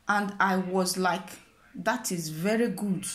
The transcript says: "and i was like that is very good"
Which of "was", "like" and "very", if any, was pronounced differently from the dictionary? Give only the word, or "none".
none